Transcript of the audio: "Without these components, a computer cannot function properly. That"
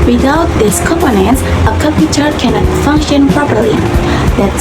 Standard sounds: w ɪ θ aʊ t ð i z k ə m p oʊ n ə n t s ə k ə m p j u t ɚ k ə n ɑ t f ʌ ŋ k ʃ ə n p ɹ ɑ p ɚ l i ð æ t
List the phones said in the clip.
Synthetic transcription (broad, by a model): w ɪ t aʊ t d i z k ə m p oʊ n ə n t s ə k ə p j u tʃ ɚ k ə n ɑ t f ʌ ŋ k ʃ ə n p ɹ ɑ p ɚ l i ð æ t